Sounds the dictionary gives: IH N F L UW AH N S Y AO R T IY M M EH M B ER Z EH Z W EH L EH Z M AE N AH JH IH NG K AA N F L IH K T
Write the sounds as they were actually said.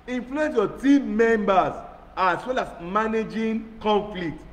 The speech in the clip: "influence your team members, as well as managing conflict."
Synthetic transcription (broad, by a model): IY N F L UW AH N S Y AO T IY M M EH M B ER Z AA S W EH L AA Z M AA N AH JH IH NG K AA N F L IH K T